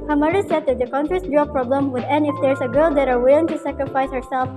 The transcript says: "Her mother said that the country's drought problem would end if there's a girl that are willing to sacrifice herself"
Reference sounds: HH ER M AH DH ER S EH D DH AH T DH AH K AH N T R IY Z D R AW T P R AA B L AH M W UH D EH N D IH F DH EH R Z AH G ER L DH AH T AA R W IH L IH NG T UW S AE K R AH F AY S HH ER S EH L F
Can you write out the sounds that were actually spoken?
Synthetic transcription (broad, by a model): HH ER M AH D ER S EH D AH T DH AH K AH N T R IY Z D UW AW P R AA B L AH M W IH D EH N IH F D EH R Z AH G ER L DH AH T AA R W IH L IH NG T UW S AE K R AH F AY S HH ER S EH L F